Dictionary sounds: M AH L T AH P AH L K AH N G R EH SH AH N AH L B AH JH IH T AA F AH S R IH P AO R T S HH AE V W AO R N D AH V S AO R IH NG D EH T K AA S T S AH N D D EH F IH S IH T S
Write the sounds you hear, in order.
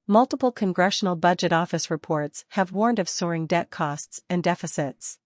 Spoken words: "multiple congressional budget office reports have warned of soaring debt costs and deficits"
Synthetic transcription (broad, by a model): M AH L T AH P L K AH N G R EH SH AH N L B AH JH IH T AA F AH S R IH P AO R T S HH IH V W AO R N D AH V S AO R IH NG D EH T K AA S T S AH N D D EH F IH S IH T S